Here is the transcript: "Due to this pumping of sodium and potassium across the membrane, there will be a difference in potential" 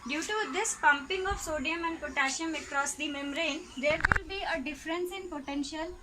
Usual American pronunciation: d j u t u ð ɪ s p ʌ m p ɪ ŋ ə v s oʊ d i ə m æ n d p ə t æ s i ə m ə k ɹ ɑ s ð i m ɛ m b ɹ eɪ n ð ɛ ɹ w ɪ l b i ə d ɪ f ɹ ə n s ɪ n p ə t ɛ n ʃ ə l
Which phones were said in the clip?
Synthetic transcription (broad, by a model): d j u t u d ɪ s p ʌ m p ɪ ŋ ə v s oʊ d i ə m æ n d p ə t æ ʃ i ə m ə k ɹ ɑ s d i m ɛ m ɹ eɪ n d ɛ ɹ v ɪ l b i ə d ɪ f ɹ ə n s ɪ n p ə t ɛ n ʃ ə l